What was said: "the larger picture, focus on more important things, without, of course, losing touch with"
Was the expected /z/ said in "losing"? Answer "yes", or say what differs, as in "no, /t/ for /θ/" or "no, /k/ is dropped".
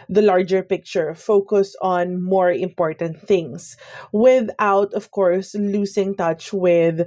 no, /s/ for /z/